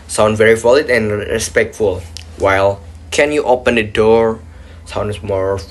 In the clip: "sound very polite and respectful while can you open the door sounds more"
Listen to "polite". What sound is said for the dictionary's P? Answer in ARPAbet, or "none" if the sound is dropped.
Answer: F